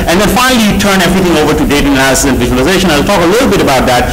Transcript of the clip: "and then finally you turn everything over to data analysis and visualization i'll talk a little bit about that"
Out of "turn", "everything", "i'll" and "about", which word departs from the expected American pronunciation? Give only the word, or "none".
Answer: everything